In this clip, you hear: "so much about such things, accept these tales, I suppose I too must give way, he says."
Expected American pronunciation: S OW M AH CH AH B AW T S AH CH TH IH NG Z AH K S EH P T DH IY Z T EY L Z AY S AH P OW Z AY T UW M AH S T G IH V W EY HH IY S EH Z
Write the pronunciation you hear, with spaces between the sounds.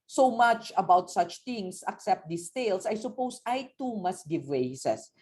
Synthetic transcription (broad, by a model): S OW M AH CH AH B AW T S AH CH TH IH NG S AH K S EH P T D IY S T EY L S AY S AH P OW S AY T UW M AH S T G IH V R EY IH S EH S